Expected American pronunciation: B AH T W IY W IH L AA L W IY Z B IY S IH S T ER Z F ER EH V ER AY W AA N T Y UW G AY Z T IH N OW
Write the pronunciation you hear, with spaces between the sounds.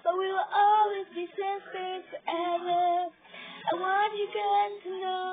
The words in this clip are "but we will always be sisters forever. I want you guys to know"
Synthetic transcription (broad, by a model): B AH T W IY W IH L AA L W IY Z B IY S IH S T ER F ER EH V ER AY W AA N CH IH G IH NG T IH N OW